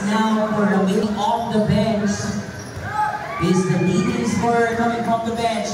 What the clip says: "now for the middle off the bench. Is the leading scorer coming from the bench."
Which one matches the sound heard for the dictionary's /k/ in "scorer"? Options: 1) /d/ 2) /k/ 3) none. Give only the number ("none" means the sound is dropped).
3